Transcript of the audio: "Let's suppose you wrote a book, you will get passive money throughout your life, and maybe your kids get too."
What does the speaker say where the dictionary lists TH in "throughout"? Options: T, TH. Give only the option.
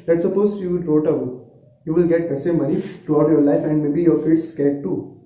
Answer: T